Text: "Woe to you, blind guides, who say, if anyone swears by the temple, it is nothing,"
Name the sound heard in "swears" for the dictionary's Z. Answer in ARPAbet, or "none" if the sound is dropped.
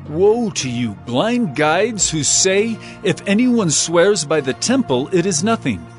Z